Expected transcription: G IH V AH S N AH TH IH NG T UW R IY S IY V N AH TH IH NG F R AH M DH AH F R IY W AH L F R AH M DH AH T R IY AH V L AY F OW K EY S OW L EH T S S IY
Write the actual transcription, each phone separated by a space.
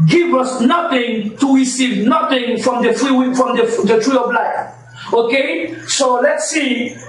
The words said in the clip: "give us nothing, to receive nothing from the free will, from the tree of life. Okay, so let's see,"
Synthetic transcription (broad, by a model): G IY V AH S N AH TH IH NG T UW R IY S IY V N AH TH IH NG F R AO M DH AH F R IY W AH F R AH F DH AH T R IY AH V L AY OW K EY S OW L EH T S S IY